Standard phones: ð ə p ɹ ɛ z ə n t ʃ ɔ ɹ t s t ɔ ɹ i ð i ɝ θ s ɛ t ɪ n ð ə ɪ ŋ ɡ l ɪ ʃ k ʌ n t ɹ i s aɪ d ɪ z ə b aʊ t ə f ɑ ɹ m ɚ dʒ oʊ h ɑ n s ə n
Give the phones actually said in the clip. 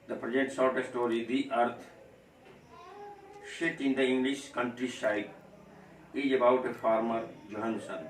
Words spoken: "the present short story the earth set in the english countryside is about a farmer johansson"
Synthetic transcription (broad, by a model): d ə p ɹ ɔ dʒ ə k t s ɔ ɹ t s t ɔ ɹ i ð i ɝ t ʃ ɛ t ɪ n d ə ɪ ŋ ɡ l ɪ ʃ k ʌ n t ɹ i ʃ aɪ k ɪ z ə b aʊ t ə f ɑ ɹ m ɚ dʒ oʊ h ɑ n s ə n